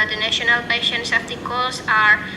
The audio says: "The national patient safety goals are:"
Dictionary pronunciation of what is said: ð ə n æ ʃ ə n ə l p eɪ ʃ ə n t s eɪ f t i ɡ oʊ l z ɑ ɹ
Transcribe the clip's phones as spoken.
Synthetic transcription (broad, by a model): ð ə n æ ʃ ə n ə l p eɪ ʃ ə n t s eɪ p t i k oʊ l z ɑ ɹ